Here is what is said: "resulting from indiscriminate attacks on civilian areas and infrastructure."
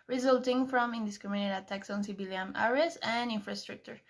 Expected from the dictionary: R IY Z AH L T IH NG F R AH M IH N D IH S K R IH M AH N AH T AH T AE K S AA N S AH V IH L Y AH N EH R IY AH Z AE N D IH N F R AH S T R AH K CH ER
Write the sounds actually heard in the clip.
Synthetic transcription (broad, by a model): R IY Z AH L T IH NG F R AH M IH N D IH S K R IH M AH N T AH T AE K S AA N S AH B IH L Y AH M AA R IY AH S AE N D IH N F R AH S T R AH K CH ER